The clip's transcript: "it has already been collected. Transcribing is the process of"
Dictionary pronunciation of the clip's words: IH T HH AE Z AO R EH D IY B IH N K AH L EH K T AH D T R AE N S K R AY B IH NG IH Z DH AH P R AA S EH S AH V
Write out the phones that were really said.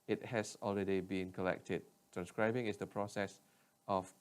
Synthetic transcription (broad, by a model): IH T HH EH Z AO L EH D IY B IH N K AH L EH K T AH D T R AE N S K R AY B IH NG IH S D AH P R AA S EH S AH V